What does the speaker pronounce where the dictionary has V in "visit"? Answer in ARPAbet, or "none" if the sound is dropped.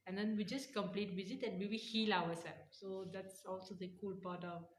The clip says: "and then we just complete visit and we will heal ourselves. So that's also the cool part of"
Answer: B